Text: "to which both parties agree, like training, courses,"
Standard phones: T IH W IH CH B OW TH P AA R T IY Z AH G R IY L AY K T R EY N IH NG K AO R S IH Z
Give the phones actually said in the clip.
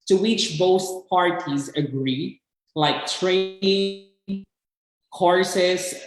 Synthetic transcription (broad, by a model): T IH W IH CH B OW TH P AA R T IY Z AH G R IY L AY K T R EY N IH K AO R S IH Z